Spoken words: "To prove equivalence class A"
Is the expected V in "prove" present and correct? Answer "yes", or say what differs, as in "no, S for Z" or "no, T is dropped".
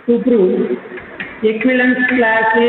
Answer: no, V is dropped